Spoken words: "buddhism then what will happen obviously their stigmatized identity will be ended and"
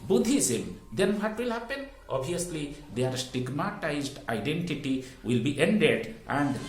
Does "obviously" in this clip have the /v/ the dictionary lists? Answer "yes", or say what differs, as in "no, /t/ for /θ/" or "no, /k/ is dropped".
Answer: no, /v/ is dropped